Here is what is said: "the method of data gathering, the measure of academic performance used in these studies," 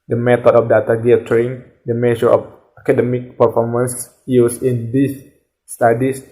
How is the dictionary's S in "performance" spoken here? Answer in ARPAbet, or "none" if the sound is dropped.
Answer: S